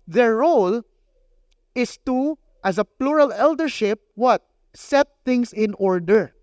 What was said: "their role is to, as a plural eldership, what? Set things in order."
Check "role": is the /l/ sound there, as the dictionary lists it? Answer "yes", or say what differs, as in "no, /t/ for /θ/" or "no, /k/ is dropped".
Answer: yes